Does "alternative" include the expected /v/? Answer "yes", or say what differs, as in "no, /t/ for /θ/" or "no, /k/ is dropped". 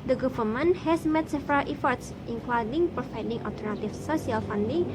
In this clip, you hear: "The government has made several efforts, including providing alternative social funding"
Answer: no, /f/ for /v/